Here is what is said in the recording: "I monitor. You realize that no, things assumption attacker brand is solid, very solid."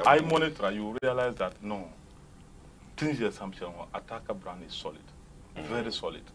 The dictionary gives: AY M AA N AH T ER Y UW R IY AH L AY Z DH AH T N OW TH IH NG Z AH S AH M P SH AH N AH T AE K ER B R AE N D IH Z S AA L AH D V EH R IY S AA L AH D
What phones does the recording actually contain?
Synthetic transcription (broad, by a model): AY M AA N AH T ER Y UW R IY AH L AY Z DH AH T N OW T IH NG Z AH S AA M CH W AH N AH T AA K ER B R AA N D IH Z S AA L AH D V EH R IY S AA L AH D